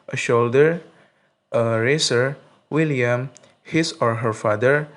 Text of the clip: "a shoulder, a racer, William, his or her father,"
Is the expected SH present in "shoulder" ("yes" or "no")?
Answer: yes